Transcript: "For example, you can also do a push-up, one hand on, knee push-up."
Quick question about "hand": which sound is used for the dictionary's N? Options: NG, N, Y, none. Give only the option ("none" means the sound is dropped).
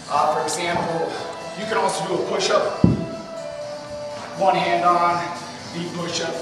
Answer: N